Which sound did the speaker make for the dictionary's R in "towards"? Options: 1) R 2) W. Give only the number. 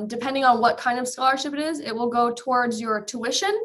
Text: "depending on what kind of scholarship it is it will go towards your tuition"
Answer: 1